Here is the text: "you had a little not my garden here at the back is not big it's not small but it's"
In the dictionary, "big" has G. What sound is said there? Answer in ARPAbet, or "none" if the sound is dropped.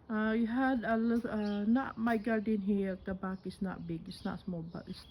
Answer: G